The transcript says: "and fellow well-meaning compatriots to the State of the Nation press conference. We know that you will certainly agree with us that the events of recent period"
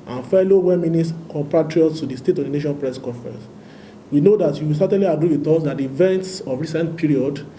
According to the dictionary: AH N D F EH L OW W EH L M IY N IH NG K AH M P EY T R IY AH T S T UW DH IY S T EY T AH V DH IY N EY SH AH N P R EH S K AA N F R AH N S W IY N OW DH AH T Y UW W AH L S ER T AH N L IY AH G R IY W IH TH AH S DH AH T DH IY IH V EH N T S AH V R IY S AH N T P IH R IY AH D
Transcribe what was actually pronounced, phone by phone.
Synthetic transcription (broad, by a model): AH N F EH L OW W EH M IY N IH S K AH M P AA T R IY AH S T UW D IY S T EY T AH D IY N EY SH AH N P R EH S K AA F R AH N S W IY N OW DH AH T Y UW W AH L S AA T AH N L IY AH G R IY W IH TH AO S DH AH T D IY V EH N T S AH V R IY S AH N T P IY R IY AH D